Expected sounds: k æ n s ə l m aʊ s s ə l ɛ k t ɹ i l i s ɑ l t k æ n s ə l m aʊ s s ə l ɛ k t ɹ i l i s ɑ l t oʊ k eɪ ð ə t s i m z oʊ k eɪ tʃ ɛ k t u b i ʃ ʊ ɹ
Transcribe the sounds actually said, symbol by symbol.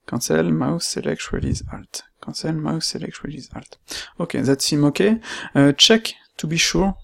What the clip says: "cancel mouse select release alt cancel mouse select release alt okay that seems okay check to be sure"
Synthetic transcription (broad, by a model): k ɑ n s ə l m aʊ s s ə l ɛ k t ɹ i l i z ɑ l t k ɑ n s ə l m aʊ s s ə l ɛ k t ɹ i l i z ɑ l t oʊ k eɪ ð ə t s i m oʊ k eɪ tʃ ɛ k t u b i ʃ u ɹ